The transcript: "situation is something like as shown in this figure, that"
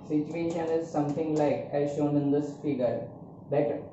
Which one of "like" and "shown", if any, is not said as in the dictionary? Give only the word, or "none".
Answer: none